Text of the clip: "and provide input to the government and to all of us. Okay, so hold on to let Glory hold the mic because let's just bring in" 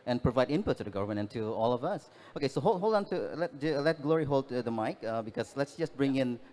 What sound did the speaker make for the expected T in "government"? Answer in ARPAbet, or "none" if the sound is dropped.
none